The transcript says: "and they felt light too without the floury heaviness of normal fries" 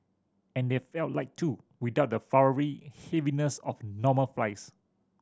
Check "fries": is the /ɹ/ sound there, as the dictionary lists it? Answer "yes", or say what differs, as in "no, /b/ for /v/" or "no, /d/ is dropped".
no, /l/ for /ɹ/